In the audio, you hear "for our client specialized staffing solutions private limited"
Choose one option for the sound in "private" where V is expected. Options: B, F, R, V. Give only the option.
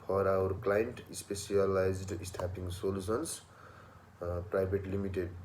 B